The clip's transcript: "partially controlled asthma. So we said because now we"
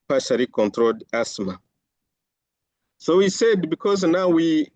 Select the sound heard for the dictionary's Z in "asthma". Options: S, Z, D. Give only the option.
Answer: S